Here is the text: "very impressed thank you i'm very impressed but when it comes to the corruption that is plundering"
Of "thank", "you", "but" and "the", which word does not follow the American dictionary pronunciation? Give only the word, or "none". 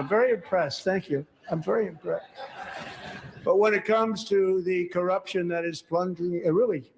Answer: none